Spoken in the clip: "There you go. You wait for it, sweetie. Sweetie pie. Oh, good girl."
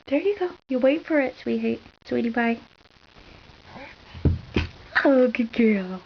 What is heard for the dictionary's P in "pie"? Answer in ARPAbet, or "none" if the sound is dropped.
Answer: B